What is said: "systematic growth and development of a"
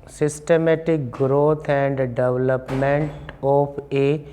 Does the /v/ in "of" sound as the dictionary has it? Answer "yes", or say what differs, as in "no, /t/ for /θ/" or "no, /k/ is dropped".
no, /p/ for /v/